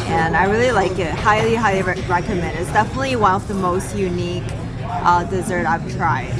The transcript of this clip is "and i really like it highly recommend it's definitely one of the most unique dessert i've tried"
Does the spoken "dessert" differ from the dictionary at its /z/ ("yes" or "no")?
no